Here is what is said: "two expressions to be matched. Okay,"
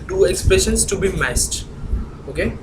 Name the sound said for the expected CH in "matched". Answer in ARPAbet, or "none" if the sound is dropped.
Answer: S